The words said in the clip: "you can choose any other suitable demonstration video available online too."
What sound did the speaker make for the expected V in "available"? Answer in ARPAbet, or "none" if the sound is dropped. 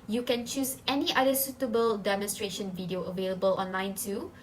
V